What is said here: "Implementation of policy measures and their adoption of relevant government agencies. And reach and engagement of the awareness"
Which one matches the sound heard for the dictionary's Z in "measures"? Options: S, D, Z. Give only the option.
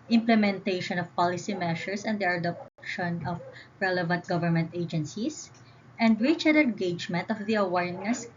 S